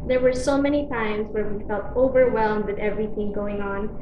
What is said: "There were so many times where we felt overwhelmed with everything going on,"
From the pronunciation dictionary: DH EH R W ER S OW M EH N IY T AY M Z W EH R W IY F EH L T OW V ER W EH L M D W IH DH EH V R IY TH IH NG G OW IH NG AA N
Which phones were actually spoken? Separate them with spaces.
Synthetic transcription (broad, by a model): DH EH R W ER S OW M EH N IY T AY M Z W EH R W IY F EH L T OW V ER W EH L M D W IH DH EH V R IY TH IH NG G OW IH NG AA N